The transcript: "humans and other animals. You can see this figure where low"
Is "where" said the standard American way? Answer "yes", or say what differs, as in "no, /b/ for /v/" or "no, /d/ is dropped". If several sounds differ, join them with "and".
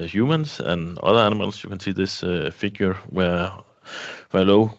no, /w/ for /ɹ/